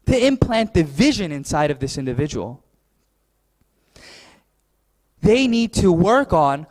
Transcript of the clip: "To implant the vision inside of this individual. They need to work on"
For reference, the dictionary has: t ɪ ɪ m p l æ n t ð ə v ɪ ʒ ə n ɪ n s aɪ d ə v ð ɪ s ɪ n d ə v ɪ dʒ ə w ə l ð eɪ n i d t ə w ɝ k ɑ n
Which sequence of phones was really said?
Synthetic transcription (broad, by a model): t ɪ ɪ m p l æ n ð ə v ɪ ʒ ə n ɪ n s aɪ d ə v ð ɪ s ɪ n d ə v ɪ dʒ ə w l ð eɪ n i d t ə w ɝ k n